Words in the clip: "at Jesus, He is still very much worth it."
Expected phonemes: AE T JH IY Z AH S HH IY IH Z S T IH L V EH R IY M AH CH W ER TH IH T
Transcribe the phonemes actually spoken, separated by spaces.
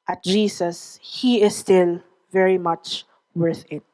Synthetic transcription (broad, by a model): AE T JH IY S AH S HH IY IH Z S T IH L V EH R IY M AH CH W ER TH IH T